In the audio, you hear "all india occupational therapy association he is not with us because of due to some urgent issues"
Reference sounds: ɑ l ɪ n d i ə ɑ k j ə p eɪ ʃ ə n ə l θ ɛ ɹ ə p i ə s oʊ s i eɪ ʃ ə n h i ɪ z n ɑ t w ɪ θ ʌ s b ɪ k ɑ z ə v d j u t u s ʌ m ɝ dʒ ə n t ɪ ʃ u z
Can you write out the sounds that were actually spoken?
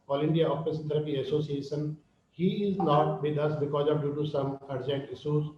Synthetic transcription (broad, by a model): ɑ l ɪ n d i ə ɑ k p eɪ s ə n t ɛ ɹ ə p i ə s oʊ s i eɪ ʃ ə n h i ɪ z n ɑ t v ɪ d ʌ s b ɪ k ɑ z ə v d j u t u s ʌ m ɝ dʒ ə n t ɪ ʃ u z